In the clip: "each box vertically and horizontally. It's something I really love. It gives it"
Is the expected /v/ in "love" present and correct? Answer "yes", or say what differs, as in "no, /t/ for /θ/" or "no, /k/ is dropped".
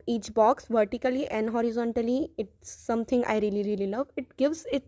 yes